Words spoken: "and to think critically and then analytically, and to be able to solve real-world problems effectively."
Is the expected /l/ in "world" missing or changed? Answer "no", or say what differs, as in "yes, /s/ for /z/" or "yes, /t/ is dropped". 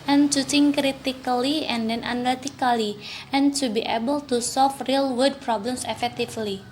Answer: yes, /l/ is dropped